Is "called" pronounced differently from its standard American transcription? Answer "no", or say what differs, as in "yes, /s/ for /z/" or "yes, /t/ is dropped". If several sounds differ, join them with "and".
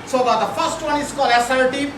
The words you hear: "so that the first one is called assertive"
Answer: yes, /d/ is dropped